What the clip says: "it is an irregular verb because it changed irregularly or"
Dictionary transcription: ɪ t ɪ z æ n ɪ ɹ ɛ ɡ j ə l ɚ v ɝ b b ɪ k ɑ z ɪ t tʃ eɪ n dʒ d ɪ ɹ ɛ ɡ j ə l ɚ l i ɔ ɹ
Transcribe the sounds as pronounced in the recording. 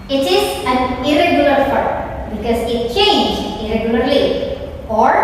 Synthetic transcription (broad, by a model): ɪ t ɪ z æ n ɪ ɹ ɛ ɡ j ə l ɚ p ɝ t b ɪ k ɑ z ɪ t tʃ eɪ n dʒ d ɪ ɹ ɛ ɡ j ə l ɚ l i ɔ ɹ